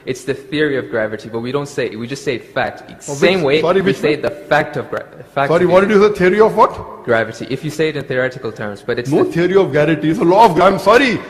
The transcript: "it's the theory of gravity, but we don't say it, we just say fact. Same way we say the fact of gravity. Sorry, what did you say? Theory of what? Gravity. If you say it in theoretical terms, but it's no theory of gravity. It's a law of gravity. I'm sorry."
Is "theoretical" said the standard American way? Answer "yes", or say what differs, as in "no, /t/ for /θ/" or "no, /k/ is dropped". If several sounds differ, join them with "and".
yes